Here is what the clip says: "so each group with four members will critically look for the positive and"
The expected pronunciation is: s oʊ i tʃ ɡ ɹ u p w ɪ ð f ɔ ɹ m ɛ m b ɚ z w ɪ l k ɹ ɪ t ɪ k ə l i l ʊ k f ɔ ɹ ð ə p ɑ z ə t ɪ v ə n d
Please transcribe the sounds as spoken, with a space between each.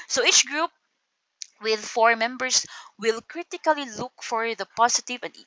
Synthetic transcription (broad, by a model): s oʊ i tʃ ɡ ɹ u p w ɪ ð f ɔ ɹ m ɛ m b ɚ s w ɪ l k ɹ ɪ t ɪ k ə l i l ʊ k f ɔ ɹ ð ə p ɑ s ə t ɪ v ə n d